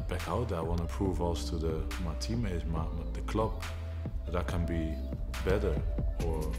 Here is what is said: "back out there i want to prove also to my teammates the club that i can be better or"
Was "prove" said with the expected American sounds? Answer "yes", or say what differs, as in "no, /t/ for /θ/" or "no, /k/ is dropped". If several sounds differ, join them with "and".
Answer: yes